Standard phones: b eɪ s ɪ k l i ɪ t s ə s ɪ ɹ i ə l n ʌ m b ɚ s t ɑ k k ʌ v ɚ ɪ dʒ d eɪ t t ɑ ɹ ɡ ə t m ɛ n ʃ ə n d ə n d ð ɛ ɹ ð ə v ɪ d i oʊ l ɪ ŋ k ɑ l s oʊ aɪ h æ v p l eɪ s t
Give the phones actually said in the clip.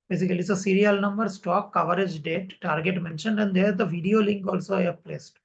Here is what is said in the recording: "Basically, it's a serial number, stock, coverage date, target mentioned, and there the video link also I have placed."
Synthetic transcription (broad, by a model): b eɪ s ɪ k l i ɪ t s ə s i ɹ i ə l n ʌ m b ɚ s t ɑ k k ʌ v ɚ ɪ dʒ d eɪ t t ɑ ɹ ɡ ə t m ɛ n ʃ ə n d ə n d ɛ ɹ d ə v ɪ d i oʊ l ɪ ŋ k ɑ l s oʊ aɪ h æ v p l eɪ s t